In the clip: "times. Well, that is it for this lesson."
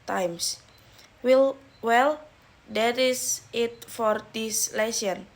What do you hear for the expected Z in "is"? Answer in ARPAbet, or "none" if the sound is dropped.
S